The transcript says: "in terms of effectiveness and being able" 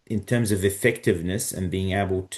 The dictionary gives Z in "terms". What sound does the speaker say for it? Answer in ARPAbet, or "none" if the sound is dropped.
Z